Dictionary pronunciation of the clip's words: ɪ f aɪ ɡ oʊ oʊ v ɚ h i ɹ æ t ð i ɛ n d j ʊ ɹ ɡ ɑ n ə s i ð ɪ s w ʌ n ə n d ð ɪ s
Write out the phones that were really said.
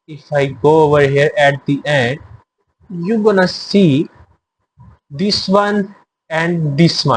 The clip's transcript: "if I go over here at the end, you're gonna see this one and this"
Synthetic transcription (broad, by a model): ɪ f aɪ ɡ oʊ oʊ v ɚ h i ɹ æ t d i ɛ n d j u ɡ ɑ n ə s i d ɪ s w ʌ n ə n d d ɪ s